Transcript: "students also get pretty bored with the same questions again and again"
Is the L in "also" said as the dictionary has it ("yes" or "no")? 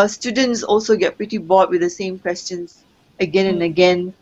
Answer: yes